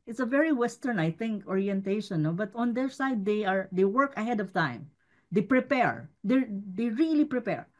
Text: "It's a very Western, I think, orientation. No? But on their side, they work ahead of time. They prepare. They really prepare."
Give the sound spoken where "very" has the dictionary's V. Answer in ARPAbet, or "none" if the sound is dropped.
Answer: V